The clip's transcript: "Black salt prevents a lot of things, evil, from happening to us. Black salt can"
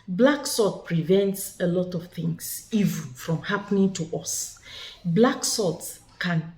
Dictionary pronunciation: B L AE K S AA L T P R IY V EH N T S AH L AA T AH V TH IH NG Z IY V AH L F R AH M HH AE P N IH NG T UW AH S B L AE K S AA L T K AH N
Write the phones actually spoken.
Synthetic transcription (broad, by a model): B L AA K S AA T P R IY V EH N T S AH L AA T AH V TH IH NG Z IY V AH N F R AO M HH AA P N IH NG T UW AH S B L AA K S AA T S K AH N